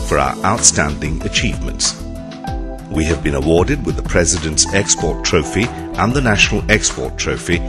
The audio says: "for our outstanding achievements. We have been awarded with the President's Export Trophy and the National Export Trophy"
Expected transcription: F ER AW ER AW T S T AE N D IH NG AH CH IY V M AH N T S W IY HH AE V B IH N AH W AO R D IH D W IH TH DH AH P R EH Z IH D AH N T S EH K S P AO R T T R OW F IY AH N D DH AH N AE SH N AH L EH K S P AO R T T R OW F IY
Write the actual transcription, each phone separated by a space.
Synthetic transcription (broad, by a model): F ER AW ER AW T S T AE N D IH NG AH CH IY V M AH N T S W IY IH V B IH N AH W AO R D IH D W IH DH AH P R EH Z IH D AH N T S EH K S P AO R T T R OW F IY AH N DH AH N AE SH N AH L EH K S P AO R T T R OW F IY